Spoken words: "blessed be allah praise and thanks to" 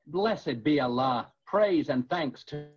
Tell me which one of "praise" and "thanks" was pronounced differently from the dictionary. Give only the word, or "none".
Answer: none